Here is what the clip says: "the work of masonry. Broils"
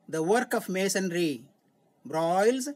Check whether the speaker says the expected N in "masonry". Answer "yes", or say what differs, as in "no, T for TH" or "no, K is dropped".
yes